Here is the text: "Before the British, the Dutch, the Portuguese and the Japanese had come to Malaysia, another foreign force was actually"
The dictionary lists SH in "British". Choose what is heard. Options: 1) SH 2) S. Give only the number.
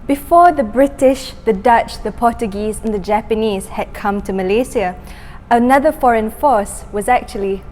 1